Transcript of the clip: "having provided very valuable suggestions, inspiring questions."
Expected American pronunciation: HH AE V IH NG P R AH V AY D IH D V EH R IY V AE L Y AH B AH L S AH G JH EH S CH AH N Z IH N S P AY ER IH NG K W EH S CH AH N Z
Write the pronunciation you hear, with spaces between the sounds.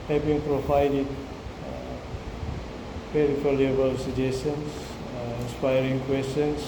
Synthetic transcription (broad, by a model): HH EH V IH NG P R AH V AY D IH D P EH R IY F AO L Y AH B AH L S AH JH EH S AH N S IH N S P AY ER IH NG K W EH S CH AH N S